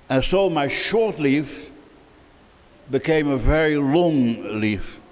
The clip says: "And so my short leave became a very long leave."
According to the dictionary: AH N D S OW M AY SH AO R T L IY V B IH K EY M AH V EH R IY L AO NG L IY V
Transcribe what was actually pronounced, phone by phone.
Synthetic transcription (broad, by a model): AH N S OW M AY SH AO R T L IY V B IH K EY M AH V EH R IY L AO NG L IY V